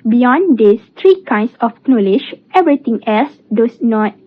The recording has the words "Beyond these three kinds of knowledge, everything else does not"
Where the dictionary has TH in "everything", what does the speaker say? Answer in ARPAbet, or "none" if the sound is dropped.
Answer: T